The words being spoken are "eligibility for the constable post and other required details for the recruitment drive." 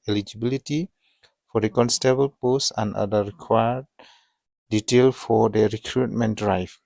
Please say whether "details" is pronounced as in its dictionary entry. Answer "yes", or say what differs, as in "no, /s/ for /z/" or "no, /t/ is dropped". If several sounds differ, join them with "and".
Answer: no, /z/ is dropped